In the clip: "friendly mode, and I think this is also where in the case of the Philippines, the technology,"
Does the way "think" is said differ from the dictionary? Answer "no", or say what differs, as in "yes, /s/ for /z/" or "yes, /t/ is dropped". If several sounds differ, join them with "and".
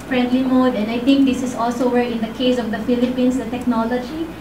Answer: yes, /t/ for /θ/